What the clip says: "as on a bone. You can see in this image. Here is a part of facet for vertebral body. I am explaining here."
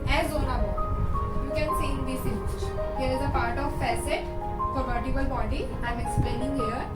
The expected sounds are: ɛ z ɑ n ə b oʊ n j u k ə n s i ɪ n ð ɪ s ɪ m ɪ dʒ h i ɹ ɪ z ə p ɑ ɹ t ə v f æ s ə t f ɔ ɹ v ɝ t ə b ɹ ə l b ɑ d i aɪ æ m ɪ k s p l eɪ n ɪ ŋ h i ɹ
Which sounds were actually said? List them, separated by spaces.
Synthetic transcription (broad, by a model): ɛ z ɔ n ə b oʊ j u k ə n s i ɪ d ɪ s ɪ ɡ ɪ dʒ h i ɹ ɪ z ə p ɑ ɹ t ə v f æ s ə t f ɔ ɹ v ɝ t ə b ə l b ɑ d i aɪ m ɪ k s p l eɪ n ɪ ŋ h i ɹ